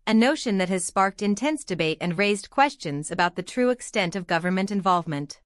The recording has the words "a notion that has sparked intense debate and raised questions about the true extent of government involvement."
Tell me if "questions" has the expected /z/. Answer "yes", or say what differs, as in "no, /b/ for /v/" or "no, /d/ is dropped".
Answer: yes